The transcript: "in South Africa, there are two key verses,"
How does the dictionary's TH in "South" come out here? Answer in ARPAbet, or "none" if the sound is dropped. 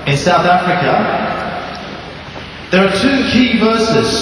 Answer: TH